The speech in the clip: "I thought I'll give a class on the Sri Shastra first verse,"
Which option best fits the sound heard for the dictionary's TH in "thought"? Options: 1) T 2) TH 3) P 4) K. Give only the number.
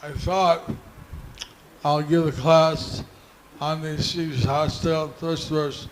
2